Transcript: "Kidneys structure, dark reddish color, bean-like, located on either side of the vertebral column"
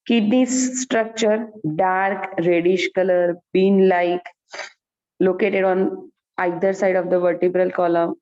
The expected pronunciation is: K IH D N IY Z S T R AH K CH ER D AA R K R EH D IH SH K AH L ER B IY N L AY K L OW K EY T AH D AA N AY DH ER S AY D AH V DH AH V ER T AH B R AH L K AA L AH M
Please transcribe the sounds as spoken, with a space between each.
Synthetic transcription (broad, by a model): K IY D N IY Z S T R AH K CH ER D AA R K R EH D IH SH K AH L ER B IY N L AY K L OW K EY T AH D AA N AY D ER S AY D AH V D AH V ER T AH B R AH L K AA L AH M